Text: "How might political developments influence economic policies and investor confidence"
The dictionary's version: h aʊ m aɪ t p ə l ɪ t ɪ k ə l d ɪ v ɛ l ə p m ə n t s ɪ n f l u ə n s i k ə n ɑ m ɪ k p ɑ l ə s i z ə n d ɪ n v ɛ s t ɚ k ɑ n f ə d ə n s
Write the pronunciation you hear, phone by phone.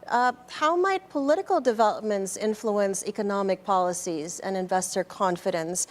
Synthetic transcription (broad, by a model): h aʊ m aɪ t p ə l ɪ t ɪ k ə l d ɪ v ɛ l ə p m ə n t s ɪ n f l u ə n s i k ə n ɑ m ɪ k p ɑ l ə s i z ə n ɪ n v ɛ s t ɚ k ɑ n f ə d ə n s